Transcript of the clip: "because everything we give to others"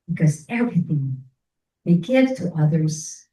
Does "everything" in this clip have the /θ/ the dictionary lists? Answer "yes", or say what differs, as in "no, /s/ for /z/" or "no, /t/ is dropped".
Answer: yes